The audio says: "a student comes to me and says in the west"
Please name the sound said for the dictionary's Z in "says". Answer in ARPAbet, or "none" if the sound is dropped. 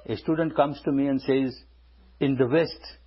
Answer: Z